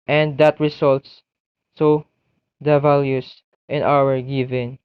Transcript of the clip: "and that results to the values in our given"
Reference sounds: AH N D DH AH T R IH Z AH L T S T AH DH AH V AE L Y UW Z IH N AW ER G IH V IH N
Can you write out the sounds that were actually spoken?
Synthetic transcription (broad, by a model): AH N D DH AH T R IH S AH L T S S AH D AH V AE L Y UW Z IH N AW ER G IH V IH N